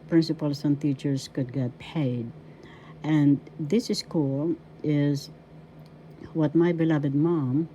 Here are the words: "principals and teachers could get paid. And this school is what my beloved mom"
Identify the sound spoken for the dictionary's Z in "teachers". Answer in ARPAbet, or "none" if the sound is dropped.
S